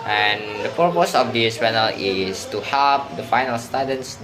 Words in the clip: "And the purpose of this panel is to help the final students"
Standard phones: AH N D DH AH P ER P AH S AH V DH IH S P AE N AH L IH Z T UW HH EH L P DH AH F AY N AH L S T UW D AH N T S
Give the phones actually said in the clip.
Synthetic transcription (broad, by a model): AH N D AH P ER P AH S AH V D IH S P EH N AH L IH S T UW HH EH L P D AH F AY N AH L S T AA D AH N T S